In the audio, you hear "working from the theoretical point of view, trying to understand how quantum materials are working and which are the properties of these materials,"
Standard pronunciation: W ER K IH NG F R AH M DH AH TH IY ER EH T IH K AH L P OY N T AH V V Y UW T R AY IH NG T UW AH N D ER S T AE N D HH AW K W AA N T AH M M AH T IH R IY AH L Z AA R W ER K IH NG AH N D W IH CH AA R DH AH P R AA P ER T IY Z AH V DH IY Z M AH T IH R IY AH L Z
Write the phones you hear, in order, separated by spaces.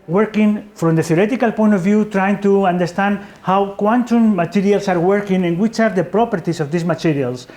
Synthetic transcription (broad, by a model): W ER K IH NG F R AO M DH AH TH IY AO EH T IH K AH L P OY N T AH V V Y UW T R AY IH NG T UW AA N D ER S T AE N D HH AW K W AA N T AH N M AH T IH R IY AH L S AA R W ER K IH NG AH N W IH CH AA R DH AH P R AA P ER T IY S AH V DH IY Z M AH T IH R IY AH L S